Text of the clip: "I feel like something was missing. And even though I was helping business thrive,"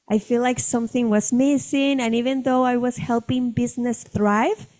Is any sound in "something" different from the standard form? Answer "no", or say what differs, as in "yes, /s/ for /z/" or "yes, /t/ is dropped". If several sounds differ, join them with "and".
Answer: no